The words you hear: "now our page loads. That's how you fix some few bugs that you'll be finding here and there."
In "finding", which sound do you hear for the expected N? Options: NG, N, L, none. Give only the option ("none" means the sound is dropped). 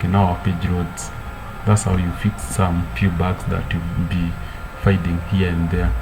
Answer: none